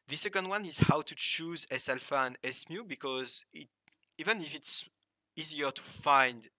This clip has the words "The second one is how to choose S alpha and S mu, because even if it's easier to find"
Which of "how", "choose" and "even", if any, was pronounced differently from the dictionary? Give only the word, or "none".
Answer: none